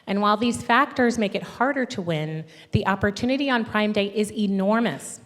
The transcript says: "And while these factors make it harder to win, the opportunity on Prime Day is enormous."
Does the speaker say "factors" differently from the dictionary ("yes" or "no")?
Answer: no